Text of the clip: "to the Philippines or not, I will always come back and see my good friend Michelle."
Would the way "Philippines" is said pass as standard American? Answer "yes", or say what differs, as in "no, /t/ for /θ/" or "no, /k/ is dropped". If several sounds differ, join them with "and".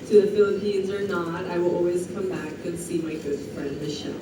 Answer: yes